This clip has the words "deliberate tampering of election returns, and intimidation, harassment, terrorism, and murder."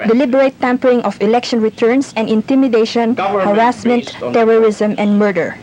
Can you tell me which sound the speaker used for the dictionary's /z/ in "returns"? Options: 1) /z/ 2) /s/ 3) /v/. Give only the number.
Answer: 2